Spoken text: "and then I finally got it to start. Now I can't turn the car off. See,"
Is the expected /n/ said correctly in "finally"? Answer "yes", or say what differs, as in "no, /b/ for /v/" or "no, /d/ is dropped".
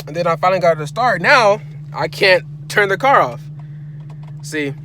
no, /l/ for /n/